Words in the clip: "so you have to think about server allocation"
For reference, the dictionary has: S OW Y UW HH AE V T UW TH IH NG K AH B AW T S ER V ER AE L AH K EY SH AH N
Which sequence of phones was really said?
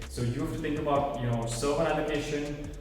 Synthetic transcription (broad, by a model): S OW Y UW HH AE F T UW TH IH NG K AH B AW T S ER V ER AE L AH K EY SH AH N